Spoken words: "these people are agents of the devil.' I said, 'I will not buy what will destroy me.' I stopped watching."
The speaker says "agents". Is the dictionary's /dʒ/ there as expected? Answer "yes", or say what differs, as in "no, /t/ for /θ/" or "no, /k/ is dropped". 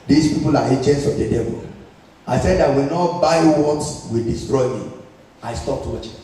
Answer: no, /tʃ/ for /dʒ/